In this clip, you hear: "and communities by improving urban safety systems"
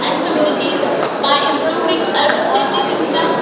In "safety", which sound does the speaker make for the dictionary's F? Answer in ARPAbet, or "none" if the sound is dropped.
none